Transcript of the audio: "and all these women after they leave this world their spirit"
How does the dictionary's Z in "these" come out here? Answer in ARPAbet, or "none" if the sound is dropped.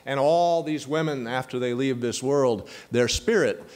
Z